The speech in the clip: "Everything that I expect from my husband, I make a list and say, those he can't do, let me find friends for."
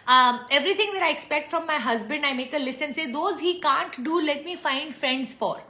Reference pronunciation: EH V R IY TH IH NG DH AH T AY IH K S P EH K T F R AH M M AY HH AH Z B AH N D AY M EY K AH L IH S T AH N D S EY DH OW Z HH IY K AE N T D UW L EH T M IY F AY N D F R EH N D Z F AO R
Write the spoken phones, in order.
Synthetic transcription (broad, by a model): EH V R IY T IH NG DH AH T AY IH K S P EH K T F R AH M M AY HH AH Z B AH N D AY M EY K AH L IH S AH N S EY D OW Z HH IY K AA N T D UW L EH T M IY F AY N D F R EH N D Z F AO R